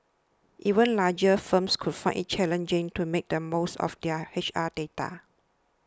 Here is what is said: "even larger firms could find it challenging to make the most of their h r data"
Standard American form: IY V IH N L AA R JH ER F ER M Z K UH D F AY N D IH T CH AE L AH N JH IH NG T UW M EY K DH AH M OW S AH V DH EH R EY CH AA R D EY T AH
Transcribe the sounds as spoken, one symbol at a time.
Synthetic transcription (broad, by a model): IY V IH N L AA JH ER F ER M S K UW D F AY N IH T CH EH L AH N JH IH NG T UW M EY K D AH M OW S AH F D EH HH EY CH AA D EY T AH